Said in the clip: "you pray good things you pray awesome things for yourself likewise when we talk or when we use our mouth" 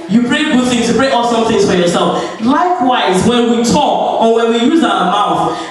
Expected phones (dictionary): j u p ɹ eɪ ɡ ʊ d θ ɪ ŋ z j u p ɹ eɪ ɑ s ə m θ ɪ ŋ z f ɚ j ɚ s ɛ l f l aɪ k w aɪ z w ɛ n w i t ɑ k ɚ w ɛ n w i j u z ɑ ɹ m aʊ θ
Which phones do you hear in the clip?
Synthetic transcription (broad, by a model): j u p ɹ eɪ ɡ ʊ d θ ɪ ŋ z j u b ɹ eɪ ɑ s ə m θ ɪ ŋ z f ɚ j ɚ s ɛ l f l aɪ k w aɪ z w ɛ n w i t ɑ k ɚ w ɛ n w i j u z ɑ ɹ m aʊ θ